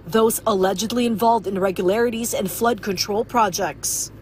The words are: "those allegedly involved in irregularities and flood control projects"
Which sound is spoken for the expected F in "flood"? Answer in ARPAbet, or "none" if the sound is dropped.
F